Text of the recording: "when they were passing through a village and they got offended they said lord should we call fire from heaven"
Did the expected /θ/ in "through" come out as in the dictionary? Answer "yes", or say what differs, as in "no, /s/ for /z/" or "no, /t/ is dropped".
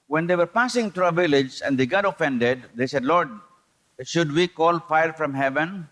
no, /t/ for /θ/